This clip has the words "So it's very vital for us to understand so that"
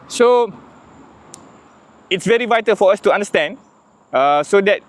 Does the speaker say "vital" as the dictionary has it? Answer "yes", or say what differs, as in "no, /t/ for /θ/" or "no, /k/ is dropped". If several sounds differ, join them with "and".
yes